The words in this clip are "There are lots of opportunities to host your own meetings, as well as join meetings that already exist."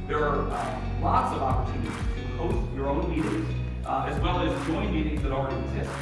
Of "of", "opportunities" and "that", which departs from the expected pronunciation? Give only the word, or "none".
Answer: none